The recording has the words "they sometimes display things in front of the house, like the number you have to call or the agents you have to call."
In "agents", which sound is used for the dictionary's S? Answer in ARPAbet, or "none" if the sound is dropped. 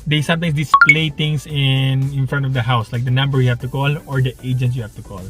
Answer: none